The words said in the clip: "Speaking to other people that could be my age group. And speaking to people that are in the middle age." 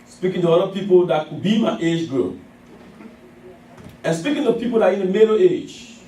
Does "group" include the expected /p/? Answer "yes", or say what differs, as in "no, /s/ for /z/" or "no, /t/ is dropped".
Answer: no, /p/ is dropped